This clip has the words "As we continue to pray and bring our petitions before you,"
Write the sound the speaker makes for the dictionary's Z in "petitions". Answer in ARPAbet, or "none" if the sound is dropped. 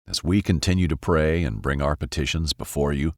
Z